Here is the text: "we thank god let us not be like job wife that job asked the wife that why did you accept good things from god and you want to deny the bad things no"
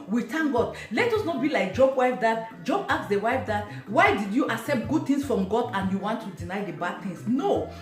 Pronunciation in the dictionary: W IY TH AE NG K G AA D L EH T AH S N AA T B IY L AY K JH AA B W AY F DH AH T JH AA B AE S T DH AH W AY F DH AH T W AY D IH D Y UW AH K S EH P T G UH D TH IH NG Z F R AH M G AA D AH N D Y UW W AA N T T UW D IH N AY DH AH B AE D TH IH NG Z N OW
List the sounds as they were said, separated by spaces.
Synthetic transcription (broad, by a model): W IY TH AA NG G AA D L EH T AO S N AA T B IY L AY K JH AA B W AY F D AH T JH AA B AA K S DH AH W AY F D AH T W AY D IH D Y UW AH S EH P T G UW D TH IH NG S F R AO M G AA D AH N Y UW W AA N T T UW D IH N AY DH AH B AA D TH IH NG S N OW